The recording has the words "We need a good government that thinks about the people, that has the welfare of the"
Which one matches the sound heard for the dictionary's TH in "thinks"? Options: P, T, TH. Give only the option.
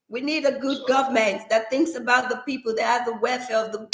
TH